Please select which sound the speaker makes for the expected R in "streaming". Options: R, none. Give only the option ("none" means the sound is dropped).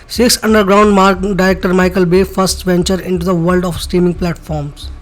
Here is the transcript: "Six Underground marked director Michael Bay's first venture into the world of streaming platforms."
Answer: none